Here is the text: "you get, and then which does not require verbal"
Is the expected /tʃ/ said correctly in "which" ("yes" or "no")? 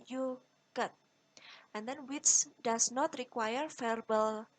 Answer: no